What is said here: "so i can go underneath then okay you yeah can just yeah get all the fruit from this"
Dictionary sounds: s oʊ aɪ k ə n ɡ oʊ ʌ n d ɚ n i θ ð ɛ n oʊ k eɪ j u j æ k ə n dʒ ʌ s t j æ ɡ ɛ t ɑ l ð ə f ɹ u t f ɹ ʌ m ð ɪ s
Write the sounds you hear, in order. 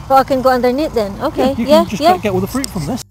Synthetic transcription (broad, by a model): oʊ aɪ k ə n ɡ oʊ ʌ n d ɚ n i t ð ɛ n oʊ k eɪ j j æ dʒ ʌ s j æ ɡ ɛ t ɑ l ð ə f ɹ u t f ɹ ʌ m ð ɪ s